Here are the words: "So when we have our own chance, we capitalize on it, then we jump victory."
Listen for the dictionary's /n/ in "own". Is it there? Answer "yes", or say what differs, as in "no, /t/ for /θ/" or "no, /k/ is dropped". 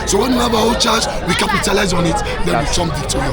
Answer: no, /l/ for /n/